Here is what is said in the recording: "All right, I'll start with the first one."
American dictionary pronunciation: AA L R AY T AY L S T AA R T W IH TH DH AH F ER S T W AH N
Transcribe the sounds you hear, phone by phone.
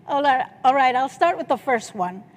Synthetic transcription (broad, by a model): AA L R AY T AY L S T AA R T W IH DH AH F ER S T W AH N